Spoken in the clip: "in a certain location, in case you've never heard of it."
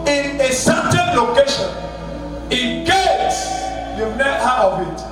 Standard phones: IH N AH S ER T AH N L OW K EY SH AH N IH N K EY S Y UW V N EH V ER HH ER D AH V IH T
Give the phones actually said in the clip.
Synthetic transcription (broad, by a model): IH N AH S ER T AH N L OW K EY SH AH N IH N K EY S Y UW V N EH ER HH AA AH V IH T